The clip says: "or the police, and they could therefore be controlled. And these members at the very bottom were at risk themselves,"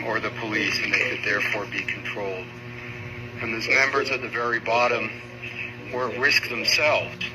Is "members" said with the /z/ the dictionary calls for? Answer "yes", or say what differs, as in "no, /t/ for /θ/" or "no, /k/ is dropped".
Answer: yes